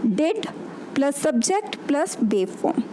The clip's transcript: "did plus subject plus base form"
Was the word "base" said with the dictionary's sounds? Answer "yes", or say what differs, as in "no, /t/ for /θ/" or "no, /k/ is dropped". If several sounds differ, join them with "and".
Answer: no, /s/ is dropped